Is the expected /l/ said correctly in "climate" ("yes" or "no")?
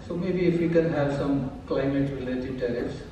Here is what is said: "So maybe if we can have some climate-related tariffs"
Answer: yes